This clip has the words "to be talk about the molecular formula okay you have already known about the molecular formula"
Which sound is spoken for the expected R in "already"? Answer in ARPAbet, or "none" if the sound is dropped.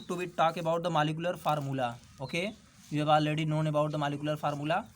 none